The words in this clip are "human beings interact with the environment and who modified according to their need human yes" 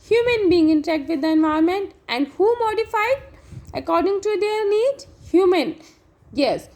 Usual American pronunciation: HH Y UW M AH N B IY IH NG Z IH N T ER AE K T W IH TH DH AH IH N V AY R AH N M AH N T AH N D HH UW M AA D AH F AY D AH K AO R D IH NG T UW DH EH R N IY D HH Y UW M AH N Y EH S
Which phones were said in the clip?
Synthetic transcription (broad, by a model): HH Y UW M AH N B IY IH NG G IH N T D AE K T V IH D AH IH N V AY AH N M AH N T AH N D HH UW M AA D AH F AY D AH K AO R D IH NG T UW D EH R N IY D HH Y UW M AH N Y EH S